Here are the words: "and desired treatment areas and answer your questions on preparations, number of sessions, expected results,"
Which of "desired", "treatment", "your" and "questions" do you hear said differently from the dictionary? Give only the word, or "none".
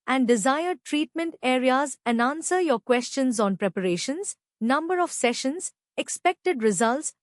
none